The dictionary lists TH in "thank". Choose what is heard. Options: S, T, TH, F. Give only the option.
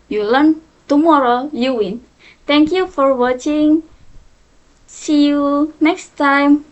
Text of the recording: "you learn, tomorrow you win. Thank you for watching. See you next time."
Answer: T